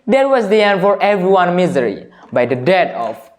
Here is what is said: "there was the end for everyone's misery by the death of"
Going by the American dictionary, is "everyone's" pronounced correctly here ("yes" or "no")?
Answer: no